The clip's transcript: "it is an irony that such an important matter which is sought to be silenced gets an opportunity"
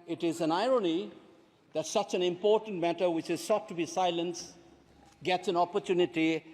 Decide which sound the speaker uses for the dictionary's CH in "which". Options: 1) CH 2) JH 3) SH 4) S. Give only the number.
1